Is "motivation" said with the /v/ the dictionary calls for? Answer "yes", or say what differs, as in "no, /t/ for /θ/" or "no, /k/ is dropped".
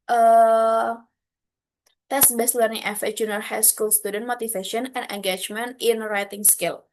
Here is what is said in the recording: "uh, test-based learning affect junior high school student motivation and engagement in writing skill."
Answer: no, /f/ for /v/